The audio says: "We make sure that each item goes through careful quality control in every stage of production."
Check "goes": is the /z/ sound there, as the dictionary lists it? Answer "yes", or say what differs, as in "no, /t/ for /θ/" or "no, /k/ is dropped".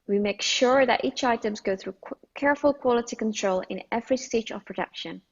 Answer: no, /z/ is dropped